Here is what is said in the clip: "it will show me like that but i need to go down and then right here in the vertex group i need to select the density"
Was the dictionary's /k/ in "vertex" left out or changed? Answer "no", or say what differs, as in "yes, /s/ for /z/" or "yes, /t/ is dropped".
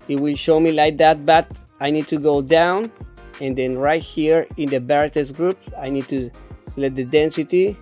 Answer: yes, /k/ is dropped